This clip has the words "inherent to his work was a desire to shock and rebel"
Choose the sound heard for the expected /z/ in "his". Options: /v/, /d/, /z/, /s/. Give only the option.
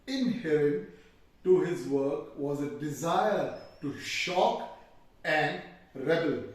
/z/